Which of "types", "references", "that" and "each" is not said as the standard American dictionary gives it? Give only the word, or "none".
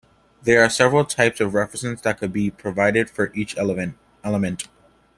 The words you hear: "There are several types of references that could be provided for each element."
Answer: references